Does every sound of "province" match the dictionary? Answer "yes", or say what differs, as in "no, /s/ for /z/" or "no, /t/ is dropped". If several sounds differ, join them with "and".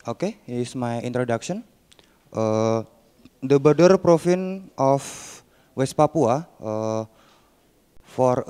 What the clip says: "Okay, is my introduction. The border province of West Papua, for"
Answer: no, /f/ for /v/